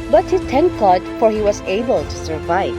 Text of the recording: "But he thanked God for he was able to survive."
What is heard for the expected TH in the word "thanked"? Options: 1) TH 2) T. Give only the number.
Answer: 2